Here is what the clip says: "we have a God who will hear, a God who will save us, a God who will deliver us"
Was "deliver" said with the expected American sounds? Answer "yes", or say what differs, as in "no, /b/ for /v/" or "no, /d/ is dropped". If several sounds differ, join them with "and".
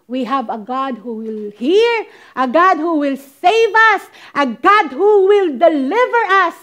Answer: yes